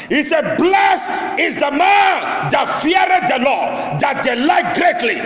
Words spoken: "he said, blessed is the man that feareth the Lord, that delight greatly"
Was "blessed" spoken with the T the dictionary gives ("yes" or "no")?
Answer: no